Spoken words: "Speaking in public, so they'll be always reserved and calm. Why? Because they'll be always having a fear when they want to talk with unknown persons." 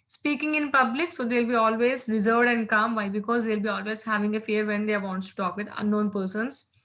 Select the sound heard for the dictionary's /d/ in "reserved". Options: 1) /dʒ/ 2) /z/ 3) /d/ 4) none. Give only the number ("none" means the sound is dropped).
3